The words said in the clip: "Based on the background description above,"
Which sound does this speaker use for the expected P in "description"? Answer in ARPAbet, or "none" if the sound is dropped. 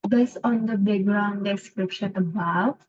P